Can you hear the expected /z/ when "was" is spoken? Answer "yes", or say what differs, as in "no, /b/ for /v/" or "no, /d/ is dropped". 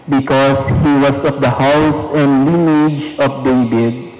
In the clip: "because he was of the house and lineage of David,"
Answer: no, /s/ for /z/